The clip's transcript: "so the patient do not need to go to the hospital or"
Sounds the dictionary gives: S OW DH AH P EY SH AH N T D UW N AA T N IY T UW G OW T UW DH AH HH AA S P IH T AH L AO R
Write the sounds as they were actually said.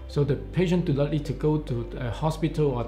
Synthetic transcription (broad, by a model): S OW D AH P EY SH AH N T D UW L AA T L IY T UW G OW T UW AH HH AA S P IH T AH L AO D